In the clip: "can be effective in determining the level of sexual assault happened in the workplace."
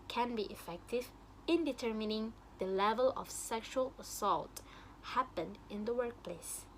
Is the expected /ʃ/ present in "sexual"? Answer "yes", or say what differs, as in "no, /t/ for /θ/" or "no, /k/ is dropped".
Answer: yes